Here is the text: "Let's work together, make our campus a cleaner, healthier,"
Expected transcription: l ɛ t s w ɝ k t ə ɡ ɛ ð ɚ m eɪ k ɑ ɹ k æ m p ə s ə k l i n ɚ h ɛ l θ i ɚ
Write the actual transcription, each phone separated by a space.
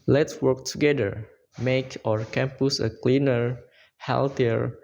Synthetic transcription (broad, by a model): l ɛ t s w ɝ k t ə ɡ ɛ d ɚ m eɪ k ɑ ɹ k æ m p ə s ə k l i n ɚ h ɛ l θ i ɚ